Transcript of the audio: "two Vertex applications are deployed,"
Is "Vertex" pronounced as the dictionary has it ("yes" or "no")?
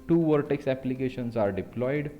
yes